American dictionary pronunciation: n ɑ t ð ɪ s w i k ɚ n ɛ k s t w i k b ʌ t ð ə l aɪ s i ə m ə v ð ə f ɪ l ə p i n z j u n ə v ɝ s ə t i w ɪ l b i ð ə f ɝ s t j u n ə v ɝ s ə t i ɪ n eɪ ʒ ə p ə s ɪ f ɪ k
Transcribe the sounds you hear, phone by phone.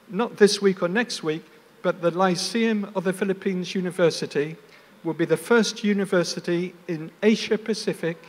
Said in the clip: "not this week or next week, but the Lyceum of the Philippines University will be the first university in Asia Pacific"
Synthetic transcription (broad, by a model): n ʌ t ð ɪ s w i k ɚ n ɛ k s t w i k b ʌ t ð ə l aɪ s i ə m ə v ð ə f ɪ l ə p i n z j u n ə v ɝ s ə t i w ɪ l b i ð ə f ɝ s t j u n ə v ɝ s ə t i ɪ n eɪ ʃ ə p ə s ɪ f ɪ k